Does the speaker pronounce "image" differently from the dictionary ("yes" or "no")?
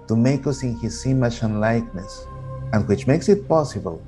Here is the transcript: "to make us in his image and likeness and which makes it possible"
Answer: yes